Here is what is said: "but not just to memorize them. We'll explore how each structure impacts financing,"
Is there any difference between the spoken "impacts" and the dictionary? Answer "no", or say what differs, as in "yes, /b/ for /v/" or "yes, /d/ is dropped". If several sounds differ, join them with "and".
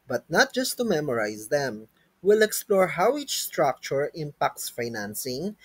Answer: no